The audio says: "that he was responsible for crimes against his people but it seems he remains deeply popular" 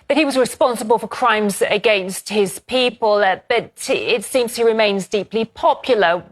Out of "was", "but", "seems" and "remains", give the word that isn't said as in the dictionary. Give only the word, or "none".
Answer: none